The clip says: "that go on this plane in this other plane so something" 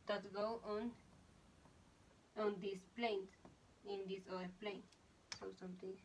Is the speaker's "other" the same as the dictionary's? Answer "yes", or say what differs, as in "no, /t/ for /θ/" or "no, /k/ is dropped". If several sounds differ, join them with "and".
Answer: no, /ð/ is dropped